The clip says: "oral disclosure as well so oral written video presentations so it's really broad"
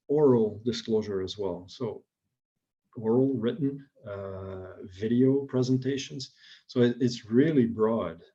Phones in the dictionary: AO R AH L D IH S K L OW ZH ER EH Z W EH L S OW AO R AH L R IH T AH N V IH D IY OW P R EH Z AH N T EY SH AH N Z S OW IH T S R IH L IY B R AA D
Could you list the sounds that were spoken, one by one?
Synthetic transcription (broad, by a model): AO R L D IH S K L OW ZH ER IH Z W EH L S OW AO R L R IH T N V IH D IY OW P R EH Z AH N T EY SH AH N Z S OW IH T S R IH L IY B R AA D